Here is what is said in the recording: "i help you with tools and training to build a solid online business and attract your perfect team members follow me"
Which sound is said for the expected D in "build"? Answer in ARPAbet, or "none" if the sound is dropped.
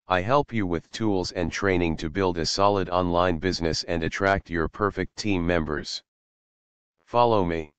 D